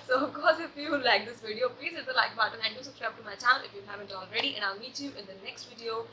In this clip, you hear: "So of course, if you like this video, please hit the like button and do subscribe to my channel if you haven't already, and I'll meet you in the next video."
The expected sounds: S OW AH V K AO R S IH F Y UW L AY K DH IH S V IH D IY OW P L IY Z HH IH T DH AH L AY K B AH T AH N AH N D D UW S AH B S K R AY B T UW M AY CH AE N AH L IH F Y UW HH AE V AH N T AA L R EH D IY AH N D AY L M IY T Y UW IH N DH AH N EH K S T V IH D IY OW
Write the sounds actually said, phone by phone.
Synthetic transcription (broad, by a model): S OW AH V K AO R S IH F Y UW L AY K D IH S V IH D IY OW P L IY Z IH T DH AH L AY K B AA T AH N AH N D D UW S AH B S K R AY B T UW M AY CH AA AH N IH F Y UW HH AE V AH N T AA L R EH D IY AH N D AY L M IY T Y UW IH N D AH N EH K S T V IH D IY OW